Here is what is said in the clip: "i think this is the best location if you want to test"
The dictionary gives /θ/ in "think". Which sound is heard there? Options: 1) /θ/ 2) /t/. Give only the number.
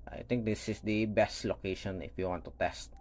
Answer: 2